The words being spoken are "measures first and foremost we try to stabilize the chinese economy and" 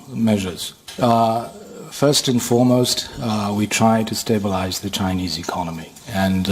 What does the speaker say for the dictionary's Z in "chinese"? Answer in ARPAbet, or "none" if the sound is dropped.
Z